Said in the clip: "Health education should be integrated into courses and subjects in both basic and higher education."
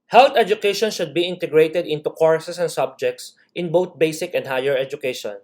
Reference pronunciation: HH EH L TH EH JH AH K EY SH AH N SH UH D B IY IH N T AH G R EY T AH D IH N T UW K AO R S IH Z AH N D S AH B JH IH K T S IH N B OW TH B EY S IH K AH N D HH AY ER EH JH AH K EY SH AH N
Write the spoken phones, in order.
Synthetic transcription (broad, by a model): HH EH L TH EH JH AH K EY SH AH N SH UH D B IY IH N T AH G R EY T AH D IH N T UW K AO R S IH S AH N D S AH B JH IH K T S IH N B OW T B EY S IH K AH N D HH AY ER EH JH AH K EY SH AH N